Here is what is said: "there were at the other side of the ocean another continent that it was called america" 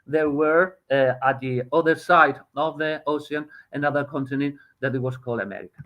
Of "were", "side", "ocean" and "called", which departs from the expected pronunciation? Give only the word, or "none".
ocean